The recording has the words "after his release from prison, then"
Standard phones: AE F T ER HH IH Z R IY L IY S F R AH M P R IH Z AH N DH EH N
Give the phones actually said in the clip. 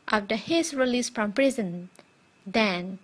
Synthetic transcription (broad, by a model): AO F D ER HH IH S R IY L IY S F R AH M P R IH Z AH N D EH N